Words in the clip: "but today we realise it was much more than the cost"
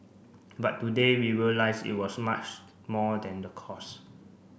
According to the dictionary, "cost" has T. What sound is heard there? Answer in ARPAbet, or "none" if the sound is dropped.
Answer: none